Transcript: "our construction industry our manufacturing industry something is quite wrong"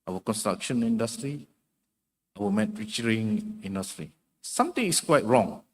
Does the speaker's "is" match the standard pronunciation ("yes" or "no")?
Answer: no